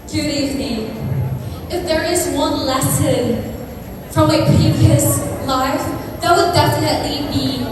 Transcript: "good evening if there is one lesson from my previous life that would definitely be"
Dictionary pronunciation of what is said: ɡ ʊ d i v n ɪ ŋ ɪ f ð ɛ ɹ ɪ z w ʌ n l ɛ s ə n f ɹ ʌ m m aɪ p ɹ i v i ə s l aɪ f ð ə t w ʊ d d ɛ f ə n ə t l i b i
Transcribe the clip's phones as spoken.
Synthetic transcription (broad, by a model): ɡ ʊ d i v n ɪ ŋ ɪ f ð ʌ ɹ ɪ z w ʌ n l ɛ s ə n f ɹ ʌ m m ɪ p i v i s l aɪ f ð ə t w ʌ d d ɛ f ə n ə t l i b i